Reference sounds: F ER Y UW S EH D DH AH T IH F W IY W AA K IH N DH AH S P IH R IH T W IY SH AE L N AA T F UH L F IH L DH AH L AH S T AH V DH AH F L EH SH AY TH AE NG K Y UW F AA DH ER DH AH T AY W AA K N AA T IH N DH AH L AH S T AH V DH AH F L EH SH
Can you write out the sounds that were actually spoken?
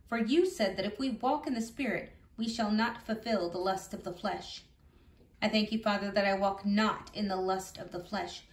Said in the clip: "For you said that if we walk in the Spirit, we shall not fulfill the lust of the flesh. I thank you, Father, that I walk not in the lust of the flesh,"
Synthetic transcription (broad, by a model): F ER Y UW S EH D DH AH T IH F W IY W AA K IH N DH AH S P IH R IH T W IY SH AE L N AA T F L F IH L DH AH L AH S T AH V DH AH F L EH SH AY TH AE NG K Y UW F AA DH ER DH AH T AY W AA K N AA T IH N DH AH L AH S T AH V DH AH F L EH SH